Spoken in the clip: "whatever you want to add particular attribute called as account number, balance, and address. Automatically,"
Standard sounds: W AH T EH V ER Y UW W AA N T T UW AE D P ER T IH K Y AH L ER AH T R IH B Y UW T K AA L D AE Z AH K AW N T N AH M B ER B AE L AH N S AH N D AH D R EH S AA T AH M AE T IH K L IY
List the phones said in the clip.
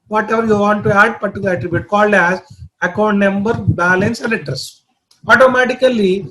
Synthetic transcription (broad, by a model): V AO T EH V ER Y UW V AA N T T UW AE D P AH T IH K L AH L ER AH T R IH B Y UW T K AA L D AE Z AH K AW N T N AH M B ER B AE L AH N S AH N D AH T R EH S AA T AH M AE T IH K L IY